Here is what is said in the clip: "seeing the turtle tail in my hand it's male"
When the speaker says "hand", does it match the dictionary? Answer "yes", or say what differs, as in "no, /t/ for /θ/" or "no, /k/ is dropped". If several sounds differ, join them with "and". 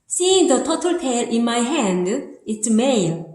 yes